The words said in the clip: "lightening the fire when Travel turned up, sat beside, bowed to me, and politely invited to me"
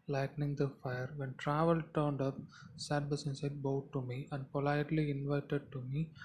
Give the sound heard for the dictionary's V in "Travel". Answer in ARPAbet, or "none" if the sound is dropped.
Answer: V